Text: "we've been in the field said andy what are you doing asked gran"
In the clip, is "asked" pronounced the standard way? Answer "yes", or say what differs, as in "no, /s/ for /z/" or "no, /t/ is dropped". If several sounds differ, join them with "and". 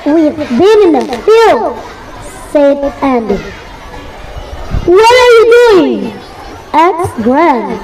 no, /s/ is dropped